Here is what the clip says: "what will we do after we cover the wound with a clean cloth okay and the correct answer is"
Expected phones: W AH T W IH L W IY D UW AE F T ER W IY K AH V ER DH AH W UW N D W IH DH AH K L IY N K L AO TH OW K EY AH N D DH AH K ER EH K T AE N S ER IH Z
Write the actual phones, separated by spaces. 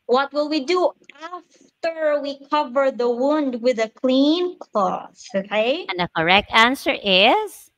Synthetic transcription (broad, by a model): W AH T W IH L W IY D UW AE F T ER W IY K AH V ER DH AH W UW N D W IH DH AH K L IY N K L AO S OW K EY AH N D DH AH K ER EH K T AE N S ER IH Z